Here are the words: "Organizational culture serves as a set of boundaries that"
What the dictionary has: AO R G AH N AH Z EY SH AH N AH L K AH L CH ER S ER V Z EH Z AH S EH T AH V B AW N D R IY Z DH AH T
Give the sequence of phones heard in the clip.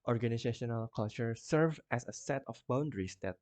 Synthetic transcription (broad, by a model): AO R G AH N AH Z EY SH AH N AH L K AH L CH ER S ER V EH S AH S EH T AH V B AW N D R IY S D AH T